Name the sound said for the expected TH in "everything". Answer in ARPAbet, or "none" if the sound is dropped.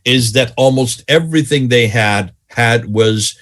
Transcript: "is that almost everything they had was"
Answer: TH